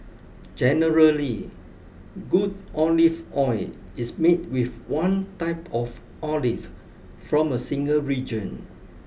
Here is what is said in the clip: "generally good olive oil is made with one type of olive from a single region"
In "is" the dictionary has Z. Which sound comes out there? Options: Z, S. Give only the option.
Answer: S